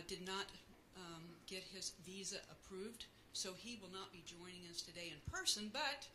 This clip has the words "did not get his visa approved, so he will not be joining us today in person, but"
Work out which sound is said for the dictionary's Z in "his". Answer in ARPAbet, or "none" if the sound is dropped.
Z